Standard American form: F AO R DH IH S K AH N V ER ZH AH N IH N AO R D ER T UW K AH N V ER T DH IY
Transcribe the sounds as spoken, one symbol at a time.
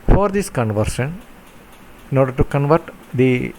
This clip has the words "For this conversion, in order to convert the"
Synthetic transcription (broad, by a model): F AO R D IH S K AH N V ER SH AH N IH N AO R D ER T UW K AH N V ER T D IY